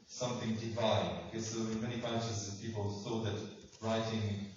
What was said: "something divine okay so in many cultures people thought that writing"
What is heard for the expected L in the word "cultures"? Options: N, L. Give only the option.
N